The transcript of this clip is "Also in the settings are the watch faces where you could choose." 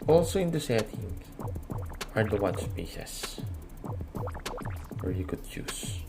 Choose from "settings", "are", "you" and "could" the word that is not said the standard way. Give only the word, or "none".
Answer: settings